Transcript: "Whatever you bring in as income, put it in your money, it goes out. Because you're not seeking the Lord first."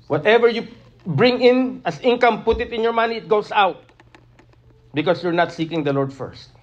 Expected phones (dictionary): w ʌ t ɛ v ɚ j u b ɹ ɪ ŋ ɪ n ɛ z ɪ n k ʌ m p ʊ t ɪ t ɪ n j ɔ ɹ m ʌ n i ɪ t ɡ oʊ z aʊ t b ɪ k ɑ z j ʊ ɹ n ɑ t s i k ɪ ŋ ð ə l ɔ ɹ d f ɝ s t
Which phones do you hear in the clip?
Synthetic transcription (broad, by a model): w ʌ t ɛ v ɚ j u b ɹ ɪ ŋ ɪ n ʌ s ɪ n k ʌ m p ʊ t ɪ t ɪ n j ɔ ɹ m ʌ n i ɪ t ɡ oʊ s aʊ t b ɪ k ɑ s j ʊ ɹ n ɑ t s i k ɪ ŋ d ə l ɔ ɹ d f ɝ s t